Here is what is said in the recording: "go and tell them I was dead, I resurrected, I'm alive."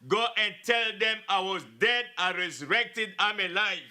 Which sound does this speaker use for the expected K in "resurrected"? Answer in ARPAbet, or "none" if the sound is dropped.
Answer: K